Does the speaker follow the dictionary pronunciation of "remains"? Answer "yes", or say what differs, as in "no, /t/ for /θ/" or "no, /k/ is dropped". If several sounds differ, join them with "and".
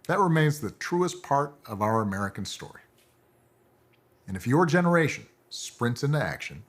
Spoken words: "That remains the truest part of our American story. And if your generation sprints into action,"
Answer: yes